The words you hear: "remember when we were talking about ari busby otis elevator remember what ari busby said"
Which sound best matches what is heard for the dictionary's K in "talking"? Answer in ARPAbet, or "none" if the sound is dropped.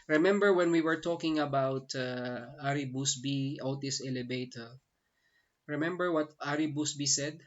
K